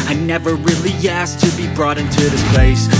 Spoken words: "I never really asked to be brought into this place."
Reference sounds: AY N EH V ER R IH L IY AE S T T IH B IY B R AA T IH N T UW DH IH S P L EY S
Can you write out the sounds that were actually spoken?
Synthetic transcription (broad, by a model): AY N EH V ER R IH L IY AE S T T IH B IY B R AA T IH N T UW DH IH S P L EY S